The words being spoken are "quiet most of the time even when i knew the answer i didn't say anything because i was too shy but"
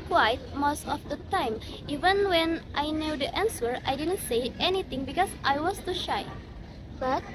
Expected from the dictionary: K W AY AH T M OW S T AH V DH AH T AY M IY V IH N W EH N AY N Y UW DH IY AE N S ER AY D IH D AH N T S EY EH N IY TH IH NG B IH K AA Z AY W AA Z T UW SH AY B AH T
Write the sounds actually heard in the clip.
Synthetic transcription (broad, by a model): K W AY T M OW S T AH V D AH T AY M IY V IH N W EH N AY N Y UW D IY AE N S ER AY D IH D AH N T S EY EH N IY T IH NG B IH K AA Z AY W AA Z T UW SH AY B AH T